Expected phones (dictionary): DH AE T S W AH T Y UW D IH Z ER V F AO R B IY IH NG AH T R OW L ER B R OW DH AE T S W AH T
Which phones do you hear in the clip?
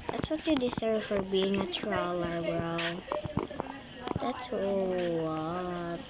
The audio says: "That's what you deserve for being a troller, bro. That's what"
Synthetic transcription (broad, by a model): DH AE T S W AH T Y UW D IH S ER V F AO R B IY IH NG AH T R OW L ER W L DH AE T S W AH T